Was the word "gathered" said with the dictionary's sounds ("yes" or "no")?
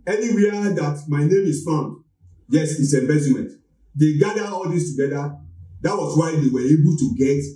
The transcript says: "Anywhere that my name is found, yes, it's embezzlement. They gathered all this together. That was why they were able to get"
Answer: no